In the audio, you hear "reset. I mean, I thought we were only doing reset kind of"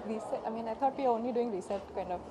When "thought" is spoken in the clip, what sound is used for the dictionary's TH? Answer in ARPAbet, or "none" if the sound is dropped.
T